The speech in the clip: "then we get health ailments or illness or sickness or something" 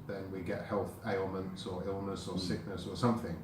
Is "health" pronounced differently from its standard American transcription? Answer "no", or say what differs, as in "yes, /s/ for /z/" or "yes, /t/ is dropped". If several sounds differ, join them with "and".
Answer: no